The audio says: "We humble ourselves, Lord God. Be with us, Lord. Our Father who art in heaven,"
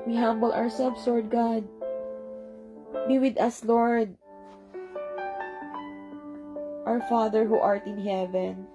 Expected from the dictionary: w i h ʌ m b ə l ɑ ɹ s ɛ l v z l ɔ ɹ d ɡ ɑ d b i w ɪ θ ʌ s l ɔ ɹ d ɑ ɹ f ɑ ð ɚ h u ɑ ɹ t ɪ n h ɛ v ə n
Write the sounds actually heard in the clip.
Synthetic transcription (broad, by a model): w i h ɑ m b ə l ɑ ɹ s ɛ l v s l ɔ ɹ d ɡ ɑ d b i w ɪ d ʌ s l ɔ ɹ d ɑ ɹ f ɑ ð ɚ h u ɑ ɹ t ɪ n h ɛ v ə n